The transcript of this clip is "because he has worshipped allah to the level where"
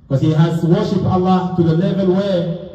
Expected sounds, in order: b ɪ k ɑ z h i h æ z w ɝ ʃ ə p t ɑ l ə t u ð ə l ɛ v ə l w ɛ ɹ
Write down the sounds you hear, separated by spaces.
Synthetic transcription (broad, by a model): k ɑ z h i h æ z w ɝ ʃ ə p ɑ l ə t u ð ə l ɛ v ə n w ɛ